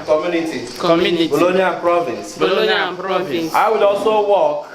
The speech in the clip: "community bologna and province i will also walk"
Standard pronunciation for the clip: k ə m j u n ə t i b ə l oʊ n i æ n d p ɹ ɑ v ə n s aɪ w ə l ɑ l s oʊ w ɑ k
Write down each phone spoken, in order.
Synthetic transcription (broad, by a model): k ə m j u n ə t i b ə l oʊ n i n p ɹ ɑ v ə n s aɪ w ə l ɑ s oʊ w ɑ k